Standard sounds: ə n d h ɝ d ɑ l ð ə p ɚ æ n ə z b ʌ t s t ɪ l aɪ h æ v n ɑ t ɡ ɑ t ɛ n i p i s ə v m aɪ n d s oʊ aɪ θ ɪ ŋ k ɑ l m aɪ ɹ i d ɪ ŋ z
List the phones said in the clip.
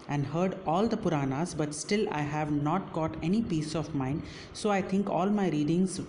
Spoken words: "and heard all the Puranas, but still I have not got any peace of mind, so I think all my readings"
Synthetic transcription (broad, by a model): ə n d h ɝ d ɑ l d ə p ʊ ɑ n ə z b ʌ t s t ɪ l aɪ h æ v n ɑ t ɡ ɑ t ɛ n i p i s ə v m aɪ n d s oʊ aɪ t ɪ ŋ k ɑ l m aɪ ɹ i d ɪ ŋ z